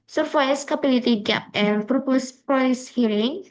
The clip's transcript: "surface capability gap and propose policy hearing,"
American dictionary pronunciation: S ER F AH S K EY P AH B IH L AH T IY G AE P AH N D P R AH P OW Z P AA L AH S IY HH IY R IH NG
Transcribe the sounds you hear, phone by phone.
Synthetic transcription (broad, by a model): S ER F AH S K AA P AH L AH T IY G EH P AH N P R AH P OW S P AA AH S HH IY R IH NG